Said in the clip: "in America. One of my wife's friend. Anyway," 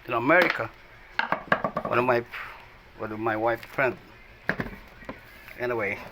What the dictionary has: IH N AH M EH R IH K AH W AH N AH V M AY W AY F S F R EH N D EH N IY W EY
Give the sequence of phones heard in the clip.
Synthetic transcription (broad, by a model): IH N AH M EH R IH K AH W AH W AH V M AY W AY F F R EH N D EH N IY W EY